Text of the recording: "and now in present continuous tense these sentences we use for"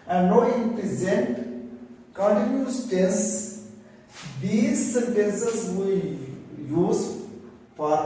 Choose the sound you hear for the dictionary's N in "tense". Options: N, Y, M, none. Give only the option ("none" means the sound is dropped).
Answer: none